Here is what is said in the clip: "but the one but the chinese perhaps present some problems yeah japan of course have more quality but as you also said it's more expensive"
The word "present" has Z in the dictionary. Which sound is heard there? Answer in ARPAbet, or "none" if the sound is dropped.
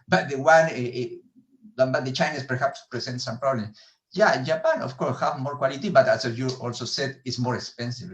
S